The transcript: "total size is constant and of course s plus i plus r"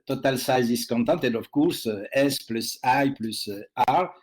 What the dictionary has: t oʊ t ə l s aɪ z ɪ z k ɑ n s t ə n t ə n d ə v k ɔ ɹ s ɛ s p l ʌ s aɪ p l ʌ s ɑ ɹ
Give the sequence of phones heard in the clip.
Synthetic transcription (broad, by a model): t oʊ t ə l s aɪ z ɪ s k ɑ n t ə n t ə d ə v k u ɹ s ɛ s p l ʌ s aɪ p l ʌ s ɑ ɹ